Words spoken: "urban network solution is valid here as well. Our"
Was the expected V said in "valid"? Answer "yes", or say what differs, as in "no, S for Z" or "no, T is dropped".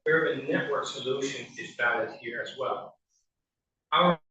no, B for V